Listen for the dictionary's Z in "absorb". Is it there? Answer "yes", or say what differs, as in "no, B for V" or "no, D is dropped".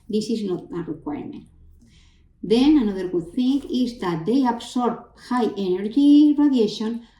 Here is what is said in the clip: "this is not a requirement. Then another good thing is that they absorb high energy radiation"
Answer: no, S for Z